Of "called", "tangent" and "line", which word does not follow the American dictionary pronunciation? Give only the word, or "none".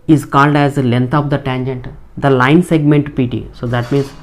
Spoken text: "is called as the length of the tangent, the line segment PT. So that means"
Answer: none